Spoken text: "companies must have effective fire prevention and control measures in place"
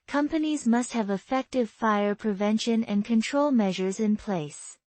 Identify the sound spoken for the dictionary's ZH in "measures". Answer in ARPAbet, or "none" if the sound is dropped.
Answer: ZH